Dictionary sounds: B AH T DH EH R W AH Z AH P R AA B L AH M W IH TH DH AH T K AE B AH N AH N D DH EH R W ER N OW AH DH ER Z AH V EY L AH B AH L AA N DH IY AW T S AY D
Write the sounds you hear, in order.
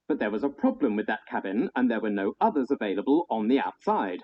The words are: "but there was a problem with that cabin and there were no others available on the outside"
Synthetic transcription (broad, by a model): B AH T DH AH R W AH Z AH P R AA B L AH M W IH DH AH T K AE B AH N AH N DH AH R W ER N OW AH DH ER Z AH V EY L AH B AH L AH N DH IY AW T S AY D